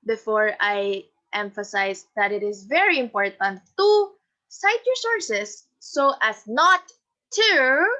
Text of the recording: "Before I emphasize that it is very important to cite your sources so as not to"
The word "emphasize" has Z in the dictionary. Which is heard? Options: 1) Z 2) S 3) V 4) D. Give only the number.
2